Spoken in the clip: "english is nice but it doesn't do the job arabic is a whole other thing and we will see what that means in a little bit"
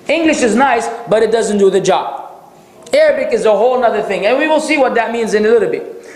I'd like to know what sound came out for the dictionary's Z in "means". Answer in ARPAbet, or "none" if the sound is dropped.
Z